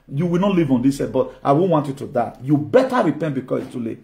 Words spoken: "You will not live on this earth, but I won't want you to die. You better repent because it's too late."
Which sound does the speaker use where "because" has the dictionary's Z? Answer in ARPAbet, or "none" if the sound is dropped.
S